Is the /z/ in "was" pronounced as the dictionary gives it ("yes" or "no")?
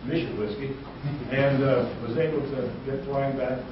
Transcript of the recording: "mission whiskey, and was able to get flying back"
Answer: yes